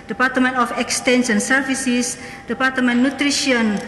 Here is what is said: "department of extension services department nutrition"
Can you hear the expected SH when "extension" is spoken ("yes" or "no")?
no